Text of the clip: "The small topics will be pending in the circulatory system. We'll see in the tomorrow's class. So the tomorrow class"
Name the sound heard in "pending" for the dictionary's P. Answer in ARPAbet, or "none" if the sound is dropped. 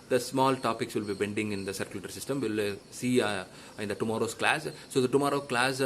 B